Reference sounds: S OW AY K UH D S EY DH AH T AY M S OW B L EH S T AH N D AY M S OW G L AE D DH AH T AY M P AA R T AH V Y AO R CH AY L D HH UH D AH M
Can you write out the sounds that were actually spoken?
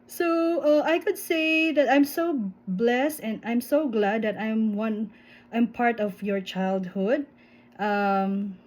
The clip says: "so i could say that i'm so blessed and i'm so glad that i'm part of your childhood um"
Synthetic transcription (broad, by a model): S OW AY K UH D S EY DH AH T AY M S OW B L EH S T AH N D AY M S OW G L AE D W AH T AY M P AA R T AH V Y AO R CH AY L D HH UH D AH M